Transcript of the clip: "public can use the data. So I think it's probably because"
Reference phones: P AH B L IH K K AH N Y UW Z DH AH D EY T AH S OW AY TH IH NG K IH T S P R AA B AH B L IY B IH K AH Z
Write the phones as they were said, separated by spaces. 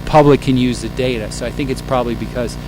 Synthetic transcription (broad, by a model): P AH B L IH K K AH N Y UW Z DH AH D EY T AH S OW AY TH IH NG K IH T S P R AA B AH B L IY B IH K AH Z